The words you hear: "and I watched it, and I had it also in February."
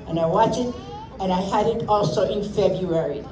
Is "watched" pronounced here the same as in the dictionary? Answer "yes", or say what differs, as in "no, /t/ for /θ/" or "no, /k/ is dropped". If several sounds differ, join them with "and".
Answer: no, /t/ is dropped